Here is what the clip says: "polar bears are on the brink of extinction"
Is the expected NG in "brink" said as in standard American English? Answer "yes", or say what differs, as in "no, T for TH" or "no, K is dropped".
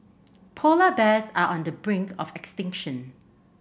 yes